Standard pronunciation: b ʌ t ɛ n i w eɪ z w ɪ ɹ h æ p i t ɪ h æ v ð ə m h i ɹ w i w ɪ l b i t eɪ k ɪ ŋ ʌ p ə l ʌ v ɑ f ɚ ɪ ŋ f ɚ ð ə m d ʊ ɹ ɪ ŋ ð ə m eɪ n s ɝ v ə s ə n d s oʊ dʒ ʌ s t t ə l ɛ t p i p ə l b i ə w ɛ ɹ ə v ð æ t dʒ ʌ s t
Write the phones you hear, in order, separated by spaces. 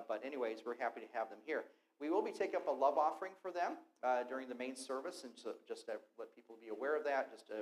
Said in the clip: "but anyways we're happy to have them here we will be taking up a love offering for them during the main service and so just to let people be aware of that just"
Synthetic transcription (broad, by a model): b ʌ t ɛ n i w eɪ z w ɪ ɹ h æ p i t ɪ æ v ð ə m h i ɹ w i w ɪ l b i t eɪ k ɪ ŋ ʌ p ə l ʌ v ɑ f ɚ ɪ ŋ f ɚ ð ə m d ʊ ɹ ɪ ŋ ð ə m eɪ n s ɝ v ə s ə n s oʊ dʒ ʌ s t t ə l ɛ t p i p l b i ə w ɛ ɹ ə v ð æ t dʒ ʌ s t